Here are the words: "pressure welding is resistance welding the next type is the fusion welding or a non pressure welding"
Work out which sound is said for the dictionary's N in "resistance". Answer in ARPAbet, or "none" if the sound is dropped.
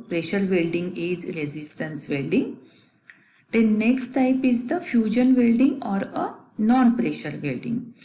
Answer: N